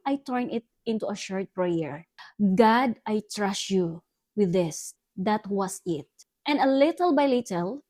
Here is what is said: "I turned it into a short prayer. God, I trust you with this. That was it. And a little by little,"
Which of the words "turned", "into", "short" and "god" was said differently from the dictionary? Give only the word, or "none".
turned